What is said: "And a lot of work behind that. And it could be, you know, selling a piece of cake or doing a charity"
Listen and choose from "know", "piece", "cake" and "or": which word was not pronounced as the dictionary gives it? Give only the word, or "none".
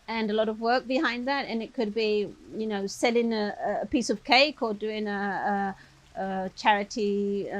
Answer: or